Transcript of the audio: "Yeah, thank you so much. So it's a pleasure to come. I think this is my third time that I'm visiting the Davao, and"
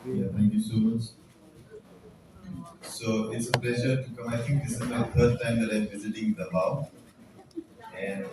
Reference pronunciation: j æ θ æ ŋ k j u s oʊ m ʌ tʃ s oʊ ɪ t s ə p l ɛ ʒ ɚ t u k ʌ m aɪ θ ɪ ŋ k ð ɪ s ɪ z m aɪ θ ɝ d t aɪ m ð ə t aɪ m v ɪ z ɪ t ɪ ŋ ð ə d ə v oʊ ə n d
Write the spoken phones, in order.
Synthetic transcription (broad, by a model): j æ t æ ŋ k j u s oʊ m ʌ tʃ s oʊ ɪ t s ə p l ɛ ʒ ɚ t u k ʌ m aɪ t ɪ ŋ k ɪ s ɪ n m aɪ f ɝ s t aɪ m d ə t aɪ m v ɪ z ɪ t ɪ ŋ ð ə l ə ʊ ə n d